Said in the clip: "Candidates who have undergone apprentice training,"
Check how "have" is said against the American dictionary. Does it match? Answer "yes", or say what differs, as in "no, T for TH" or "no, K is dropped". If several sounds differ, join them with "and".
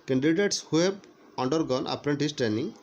no, B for V